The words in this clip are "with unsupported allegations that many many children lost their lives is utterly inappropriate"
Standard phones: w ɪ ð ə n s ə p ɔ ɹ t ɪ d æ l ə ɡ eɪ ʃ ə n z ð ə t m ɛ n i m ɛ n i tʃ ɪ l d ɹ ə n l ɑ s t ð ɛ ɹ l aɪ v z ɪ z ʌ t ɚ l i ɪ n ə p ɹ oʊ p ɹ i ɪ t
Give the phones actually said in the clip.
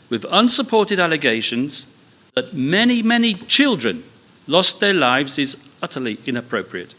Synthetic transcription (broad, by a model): w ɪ ð ə n s ə p ɔ ɹ t ɪ d æ l ə ɡ eɪ ʃ ə n z ð ə t m ɛ n i m ɛ n i tʃ ɪ l d ɹ ə n l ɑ s ð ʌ ɹ l aɪ v z ɪ z ʌ t ɚ l i ɪ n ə p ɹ oʊ p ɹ i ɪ t